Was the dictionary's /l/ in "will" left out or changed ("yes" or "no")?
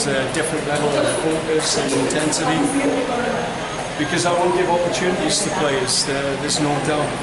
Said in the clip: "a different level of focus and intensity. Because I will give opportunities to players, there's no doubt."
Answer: yes